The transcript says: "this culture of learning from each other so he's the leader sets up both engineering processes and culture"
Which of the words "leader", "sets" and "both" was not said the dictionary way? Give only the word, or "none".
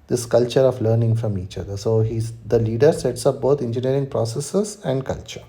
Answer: both